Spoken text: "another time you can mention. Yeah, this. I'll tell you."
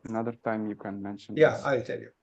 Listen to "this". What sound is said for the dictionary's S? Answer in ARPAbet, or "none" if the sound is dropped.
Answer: none